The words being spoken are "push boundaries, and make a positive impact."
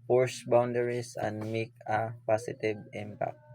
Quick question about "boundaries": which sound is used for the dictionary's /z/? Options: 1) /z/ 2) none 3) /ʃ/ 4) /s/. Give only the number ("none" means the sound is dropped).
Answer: 4